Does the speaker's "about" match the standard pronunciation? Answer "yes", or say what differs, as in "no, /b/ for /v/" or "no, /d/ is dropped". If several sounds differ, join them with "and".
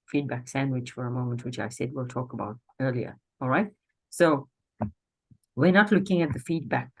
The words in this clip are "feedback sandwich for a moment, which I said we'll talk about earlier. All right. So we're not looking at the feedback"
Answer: yes